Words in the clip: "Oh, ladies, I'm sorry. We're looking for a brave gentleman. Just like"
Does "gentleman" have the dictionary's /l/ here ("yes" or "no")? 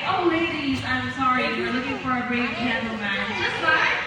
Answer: no